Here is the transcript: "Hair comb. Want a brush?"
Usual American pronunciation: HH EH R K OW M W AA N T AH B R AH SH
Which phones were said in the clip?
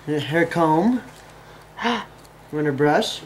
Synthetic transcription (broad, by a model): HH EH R K OW M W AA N AH B R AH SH